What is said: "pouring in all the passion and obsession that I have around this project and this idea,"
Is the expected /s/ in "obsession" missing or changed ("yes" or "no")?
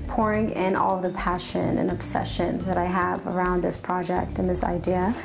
no